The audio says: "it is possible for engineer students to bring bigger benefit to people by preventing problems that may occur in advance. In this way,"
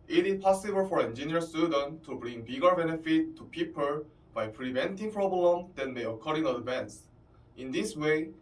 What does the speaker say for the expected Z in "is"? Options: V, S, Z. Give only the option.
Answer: S